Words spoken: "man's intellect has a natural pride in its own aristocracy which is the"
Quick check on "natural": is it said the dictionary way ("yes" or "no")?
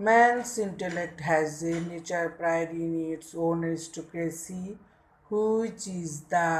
no